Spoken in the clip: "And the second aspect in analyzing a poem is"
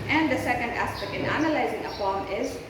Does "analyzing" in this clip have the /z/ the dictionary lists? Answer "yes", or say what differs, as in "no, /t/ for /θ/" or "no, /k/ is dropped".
yes